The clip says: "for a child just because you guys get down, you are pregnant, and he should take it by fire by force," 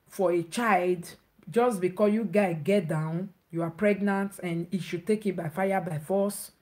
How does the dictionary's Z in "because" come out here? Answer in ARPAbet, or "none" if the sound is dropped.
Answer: none